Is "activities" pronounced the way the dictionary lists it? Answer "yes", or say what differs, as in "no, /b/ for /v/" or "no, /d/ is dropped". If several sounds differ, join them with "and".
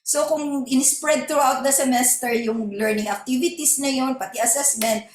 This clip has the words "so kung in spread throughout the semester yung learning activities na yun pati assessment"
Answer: no, /s/ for /z/